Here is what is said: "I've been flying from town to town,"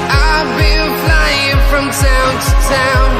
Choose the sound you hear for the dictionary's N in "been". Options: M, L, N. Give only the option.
L